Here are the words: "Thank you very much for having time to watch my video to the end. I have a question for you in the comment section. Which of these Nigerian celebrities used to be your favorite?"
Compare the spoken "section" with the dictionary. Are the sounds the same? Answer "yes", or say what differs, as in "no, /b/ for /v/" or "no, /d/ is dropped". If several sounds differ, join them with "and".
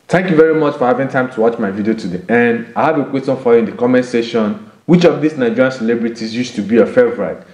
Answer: no, /k/ is dropped